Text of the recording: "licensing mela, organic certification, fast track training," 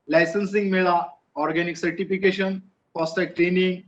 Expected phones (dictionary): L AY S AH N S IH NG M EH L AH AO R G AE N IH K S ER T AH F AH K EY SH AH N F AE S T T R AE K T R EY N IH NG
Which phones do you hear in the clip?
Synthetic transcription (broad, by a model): L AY S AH N S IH NG M EH L AH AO R G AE N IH K S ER T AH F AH K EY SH AH N P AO S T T EH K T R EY N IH NG